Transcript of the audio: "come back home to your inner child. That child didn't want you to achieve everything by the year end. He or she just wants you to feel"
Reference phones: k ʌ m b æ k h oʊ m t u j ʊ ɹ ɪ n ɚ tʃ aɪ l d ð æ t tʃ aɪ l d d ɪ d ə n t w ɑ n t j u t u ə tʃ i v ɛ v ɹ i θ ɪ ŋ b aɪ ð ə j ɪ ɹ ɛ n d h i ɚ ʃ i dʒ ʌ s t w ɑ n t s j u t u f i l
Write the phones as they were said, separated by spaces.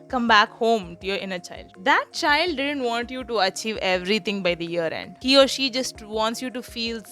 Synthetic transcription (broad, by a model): k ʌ m b æ k h oʊ m t u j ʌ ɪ n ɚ tʃ aɪ l d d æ t tʃ aɪ l d d ɪ d ə n t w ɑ n t j u t u ə tʃ i v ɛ v ɹ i t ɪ ŋ b aɪ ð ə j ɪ ɹ ɛ n d h i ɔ ʃ i dʒ ʌ s t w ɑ n t s j u t u f i l